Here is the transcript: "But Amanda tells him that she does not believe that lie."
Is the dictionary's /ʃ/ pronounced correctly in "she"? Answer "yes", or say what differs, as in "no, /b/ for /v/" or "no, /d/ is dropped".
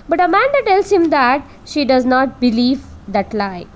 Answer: yes